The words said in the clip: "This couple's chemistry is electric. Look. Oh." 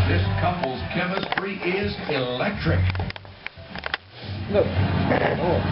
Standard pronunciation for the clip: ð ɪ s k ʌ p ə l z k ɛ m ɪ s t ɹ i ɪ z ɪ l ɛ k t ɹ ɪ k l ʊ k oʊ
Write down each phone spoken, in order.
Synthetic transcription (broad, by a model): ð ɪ s k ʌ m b l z k ɛ m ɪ s t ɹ i ɪ z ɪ l ɛ k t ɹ ɪ k n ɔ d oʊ